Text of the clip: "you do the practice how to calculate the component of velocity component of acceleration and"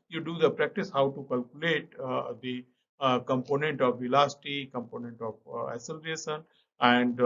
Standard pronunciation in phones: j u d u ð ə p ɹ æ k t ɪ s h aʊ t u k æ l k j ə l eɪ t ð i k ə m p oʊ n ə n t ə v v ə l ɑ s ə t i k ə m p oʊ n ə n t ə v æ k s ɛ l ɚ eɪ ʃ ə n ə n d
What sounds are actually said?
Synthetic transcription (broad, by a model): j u d u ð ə p ɹ æ k t ɪ s h aʊ t u k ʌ l k j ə l eɪ t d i k ə m p oʊ n ə n t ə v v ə l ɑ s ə t i k ə m p oʊ n ə n t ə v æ s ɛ l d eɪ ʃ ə n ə n d